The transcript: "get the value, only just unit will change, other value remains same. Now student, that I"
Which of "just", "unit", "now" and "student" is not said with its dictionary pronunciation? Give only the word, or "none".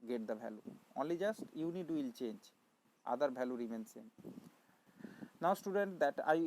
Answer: none